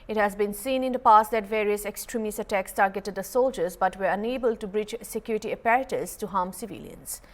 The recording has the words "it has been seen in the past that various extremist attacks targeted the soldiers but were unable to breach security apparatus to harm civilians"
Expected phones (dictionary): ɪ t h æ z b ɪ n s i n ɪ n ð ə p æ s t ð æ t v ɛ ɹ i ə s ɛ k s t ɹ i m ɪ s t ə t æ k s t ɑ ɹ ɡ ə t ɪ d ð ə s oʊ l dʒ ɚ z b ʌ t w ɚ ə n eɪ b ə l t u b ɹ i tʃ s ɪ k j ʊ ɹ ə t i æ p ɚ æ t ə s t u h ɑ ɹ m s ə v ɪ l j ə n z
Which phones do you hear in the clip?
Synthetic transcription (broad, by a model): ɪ t h æ z b ɪ n s i n ɪ n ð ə p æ s t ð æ t v ɛ ɹ i ə s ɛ k s t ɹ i m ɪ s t ə t æ k s t ɑ ɹ ɡ ə t ɪ d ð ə s oʊ l dʒ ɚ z b ʌ t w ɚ ə n eɪ b ə l t u b ɹ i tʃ s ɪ k j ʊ ɹ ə t i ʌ p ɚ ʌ t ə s t u h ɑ m s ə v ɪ l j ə n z